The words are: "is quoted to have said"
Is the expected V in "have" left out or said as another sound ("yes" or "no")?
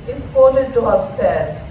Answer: yes